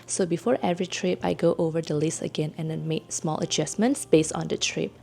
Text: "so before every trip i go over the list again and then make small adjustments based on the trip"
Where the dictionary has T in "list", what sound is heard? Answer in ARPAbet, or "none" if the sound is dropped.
none